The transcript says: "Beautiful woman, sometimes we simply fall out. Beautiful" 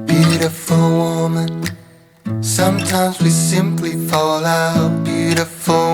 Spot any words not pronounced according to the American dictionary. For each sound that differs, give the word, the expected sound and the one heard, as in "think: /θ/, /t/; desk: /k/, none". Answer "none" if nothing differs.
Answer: none